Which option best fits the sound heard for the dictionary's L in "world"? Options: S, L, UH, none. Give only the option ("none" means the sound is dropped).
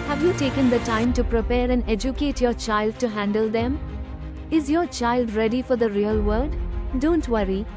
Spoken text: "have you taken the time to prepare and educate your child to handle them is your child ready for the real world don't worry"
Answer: none